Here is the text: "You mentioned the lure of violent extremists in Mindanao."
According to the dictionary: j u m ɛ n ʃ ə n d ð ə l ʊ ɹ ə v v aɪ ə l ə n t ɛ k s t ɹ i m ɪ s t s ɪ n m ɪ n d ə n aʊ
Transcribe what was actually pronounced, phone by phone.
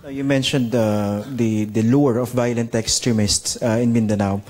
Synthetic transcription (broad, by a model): j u m ɛ n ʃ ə n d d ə l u ɹ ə f v aɪ ə l ə n t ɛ k s t ɹ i m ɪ s t s ɪ n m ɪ n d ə n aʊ